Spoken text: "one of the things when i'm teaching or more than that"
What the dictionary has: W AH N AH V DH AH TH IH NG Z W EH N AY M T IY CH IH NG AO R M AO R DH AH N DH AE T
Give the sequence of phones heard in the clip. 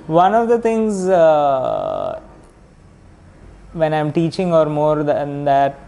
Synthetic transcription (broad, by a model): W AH N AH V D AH T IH NG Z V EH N AY M T IY CH IH NG AO R M AO R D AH N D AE T